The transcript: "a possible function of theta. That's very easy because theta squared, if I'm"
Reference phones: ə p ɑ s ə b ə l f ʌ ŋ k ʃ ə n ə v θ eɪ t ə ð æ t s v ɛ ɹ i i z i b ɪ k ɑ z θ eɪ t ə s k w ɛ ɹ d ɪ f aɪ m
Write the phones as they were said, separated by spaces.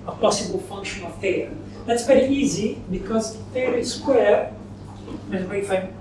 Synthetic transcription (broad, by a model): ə p ɑ s ə b ə l f ʌ ŋ k ʃ ə n ə v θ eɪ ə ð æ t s p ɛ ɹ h i z i b ɪ k ɑ z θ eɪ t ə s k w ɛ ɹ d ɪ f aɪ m